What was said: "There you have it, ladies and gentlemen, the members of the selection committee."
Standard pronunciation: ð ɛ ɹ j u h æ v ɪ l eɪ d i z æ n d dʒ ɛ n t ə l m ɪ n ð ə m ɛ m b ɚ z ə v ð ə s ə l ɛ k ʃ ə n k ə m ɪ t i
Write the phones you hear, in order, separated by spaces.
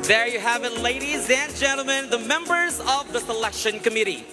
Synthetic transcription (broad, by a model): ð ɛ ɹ j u h æ v ɪ l eɪ d i z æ n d dʒ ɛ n t l m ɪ n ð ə m ɛ m b ɚ z ə v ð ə s ə l ɛ k ʃ ə n k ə m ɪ t i